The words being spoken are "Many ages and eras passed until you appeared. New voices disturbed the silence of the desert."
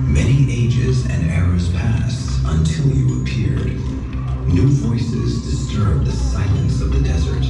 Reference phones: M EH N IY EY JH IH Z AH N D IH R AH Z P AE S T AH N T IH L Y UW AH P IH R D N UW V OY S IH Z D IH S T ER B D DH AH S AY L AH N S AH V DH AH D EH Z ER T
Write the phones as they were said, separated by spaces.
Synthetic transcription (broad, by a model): M EH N IY EY JH IH Z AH N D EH R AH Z P AE S T AH N T IH L Y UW AH P IH R D N UW V OY S IH Z D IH S T ER B DH AH S AY L AH N S AH V DH AH D EH Z ER T